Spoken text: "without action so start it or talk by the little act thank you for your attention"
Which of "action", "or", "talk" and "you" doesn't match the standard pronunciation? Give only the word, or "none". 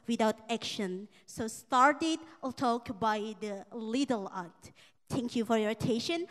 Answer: or